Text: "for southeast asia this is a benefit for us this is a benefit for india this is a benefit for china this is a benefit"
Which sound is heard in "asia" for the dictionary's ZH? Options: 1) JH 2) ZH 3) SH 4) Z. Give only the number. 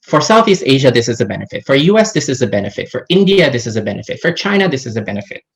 2